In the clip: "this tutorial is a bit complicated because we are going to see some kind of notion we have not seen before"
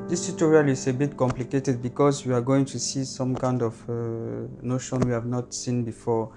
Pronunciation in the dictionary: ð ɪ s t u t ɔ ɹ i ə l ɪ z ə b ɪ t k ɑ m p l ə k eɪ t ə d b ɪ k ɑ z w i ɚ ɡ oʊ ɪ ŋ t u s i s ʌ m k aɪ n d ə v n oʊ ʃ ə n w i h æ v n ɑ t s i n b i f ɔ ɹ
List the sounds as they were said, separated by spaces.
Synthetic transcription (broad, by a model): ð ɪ s t u t ɔ ɹ i ə l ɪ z ə b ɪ t k ɑ m p l ə k eɪ t ə d b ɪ k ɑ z w i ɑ ɡ oʊ ɪ ŋ t u s i s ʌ m k aɪ n d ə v n oʊ ʃ ə n w i h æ v n ɑ t s i n b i f ɔ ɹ